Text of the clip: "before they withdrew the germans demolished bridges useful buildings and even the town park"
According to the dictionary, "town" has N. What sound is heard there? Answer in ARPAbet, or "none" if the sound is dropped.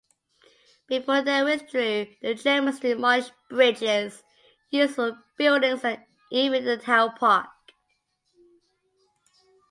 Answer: L